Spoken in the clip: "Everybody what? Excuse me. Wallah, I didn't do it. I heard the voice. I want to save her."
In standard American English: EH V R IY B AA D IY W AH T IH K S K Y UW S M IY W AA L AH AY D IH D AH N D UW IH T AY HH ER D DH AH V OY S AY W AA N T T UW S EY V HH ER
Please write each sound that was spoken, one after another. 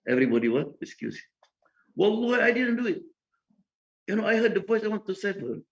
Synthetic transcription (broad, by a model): EH V R IY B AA D IY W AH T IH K S K Y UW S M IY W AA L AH AY D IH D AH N D UW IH T AY HH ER D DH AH V OY S AY W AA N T T UW S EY F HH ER